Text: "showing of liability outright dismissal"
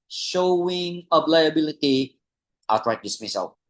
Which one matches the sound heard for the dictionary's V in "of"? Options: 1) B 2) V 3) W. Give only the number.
1